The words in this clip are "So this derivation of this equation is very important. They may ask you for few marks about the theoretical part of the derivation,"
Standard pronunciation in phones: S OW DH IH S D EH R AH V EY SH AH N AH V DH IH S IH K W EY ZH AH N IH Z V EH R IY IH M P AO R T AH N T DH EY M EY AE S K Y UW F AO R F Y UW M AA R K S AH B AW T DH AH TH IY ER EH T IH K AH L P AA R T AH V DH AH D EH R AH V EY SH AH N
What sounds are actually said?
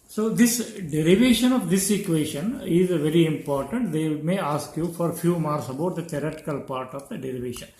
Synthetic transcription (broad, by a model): S OW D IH S D EH R AH V EY SH AH N AH V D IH S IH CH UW EY SH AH N IH Z V EH R IY IH M P AO R T AH N T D EY M EY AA S K Y UW F AO R F Y UW M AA R S AH B AW T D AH T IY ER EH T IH K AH L P AA R T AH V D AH D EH R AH V EY SH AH N